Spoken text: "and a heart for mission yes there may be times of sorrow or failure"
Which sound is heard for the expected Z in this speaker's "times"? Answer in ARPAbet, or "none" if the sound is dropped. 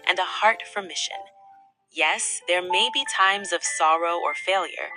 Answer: Z